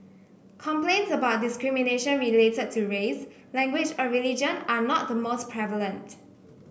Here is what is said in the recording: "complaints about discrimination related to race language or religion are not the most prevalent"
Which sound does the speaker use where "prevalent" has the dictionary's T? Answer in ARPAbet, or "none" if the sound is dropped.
T